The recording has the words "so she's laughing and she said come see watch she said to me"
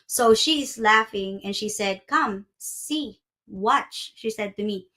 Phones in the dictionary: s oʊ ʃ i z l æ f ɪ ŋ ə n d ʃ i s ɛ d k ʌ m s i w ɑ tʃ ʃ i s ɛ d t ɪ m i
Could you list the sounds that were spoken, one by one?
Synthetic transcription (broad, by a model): s oʊ ʃ i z l æ f ɪ ŋ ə n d ʃ i s ɛ d k ʌ m s i w ɑ tʃ ʃ i s ɛ d t ɪ m i